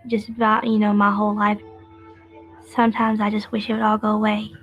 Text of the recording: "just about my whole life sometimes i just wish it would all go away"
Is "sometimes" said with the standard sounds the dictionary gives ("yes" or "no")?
yes